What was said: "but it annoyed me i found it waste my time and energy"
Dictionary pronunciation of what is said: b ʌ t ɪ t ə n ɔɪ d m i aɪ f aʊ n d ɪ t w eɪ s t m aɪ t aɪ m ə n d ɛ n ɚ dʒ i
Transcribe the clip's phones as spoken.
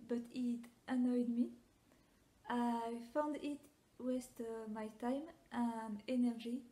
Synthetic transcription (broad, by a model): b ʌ t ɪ t ə n ɔɪ d m i aɪ f aʊ n d ɪ t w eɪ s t m aɪ t aɪ m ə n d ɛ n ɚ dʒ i